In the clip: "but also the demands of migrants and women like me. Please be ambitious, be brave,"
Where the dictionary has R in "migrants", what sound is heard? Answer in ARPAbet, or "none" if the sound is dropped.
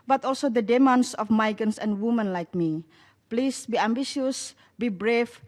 none